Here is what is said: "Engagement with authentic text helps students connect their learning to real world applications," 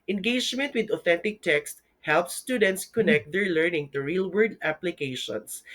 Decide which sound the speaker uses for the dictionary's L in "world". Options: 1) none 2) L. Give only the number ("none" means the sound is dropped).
1